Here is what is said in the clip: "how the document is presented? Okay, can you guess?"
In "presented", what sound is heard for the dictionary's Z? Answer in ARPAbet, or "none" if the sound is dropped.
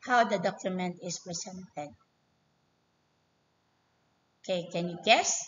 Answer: S